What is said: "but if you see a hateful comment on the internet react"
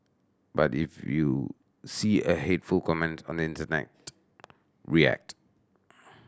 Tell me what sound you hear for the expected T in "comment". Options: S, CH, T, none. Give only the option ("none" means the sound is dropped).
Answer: T